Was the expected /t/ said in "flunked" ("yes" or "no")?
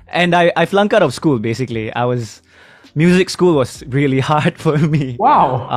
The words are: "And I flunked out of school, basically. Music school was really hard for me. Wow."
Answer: no